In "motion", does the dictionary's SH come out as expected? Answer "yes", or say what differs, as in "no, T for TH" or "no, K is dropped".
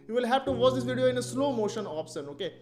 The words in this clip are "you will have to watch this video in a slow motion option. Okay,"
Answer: yes